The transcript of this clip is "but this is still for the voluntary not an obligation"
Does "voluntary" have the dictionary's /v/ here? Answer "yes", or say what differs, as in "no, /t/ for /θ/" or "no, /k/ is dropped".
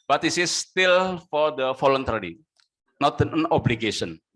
no, /f/ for /v/